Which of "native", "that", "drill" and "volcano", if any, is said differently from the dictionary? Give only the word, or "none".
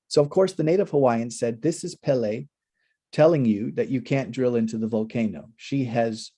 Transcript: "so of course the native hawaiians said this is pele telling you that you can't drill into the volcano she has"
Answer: none